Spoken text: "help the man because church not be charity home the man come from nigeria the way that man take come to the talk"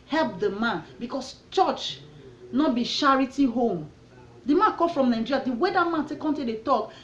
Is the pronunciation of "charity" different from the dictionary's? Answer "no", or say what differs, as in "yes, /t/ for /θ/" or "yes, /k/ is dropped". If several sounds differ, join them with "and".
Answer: yes, /ʃ/ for /tʃ/